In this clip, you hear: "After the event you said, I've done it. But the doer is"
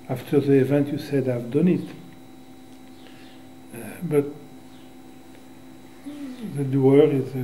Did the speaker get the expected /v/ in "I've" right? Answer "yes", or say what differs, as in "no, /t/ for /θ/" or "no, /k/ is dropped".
yes